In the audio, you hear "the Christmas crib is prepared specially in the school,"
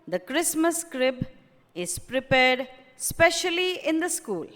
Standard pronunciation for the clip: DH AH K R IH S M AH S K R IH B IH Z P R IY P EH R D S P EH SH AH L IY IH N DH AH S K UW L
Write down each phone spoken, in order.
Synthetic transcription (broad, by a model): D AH K R IH S M AH S K R IH B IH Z P R IY P EH R D S P EH SH AH L IY IH N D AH S K UW L